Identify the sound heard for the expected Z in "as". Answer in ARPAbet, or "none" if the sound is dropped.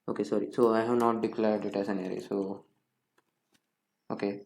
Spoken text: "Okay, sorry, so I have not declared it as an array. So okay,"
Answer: S